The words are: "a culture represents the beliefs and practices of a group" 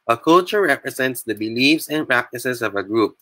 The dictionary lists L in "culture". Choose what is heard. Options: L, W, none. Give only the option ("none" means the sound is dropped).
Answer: L